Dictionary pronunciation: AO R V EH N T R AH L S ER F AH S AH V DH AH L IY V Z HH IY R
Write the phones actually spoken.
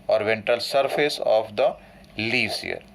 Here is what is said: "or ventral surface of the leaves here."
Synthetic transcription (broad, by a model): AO R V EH N T AH L S ER F AH S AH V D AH L IY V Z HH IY R